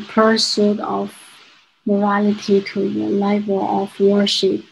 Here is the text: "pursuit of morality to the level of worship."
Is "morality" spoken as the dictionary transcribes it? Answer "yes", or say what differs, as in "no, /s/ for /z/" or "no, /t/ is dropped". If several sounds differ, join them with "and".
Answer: yes